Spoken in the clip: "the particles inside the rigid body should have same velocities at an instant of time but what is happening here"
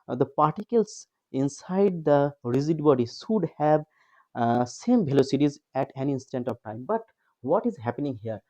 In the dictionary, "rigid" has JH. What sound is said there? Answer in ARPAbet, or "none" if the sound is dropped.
Z